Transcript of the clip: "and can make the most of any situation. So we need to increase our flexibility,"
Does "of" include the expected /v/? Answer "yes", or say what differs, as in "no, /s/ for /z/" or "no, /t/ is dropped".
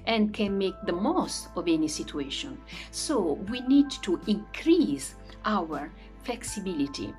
yes